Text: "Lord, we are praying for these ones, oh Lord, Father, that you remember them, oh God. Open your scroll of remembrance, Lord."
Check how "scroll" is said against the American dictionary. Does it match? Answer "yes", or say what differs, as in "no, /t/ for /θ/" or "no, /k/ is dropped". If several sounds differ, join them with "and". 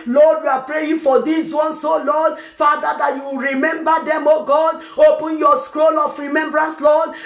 yes